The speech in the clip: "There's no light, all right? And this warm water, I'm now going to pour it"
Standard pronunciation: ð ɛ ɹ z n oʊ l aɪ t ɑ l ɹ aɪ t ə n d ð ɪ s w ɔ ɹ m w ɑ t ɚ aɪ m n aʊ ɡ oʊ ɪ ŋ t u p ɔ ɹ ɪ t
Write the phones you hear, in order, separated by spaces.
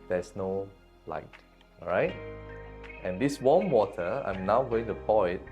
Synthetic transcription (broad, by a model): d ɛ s n oʊ l aɪ t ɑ ɹ aɪ t ə n d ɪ s w ɔ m w ɑ t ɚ aɪ m n aʊ ɡ oʊ ɪ ŋ t u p ɔ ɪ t